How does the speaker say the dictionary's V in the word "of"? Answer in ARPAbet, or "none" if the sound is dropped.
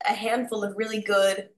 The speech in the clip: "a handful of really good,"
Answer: V